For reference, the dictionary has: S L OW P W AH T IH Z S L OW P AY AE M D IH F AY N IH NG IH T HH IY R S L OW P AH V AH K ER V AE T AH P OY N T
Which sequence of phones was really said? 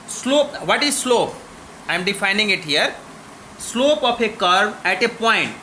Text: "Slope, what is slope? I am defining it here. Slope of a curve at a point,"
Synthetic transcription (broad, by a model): S L OW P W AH T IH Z S L OW P AY M D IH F AY N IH NG IH T HH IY R S L OW P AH P AH K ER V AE T AH P OY N T